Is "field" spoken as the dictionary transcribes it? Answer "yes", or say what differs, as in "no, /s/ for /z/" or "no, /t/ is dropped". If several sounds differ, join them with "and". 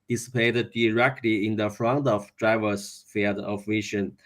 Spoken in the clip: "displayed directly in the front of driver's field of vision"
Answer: no, /l/ is dropped